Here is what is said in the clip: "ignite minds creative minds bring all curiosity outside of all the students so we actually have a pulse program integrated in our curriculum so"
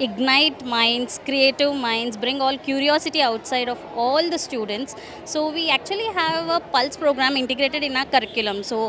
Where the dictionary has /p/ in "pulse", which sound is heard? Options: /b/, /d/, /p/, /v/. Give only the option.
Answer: /p/